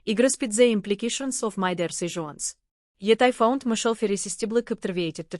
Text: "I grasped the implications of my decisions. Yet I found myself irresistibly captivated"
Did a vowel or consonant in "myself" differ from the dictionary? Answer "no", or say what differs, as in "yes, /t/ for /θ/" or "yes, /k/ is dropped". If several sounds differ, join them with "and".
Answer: yes, /ʃ/ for /s/